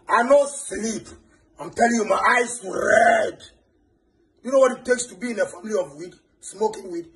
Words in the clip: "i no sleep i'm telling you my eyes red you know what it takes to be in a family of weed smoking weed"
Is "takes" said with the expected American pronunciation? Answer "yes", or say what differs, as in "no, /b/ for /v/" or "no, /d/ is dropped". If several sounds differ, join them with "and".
yes